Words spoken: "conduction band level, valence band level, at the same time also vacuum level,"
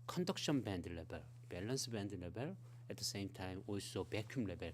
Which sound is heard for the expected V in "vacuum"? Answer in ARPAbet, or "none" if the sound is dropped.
B